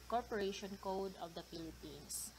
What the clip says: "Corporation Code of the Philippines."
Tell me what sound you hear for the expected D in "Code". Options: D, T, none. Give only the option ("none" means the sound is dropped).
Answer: D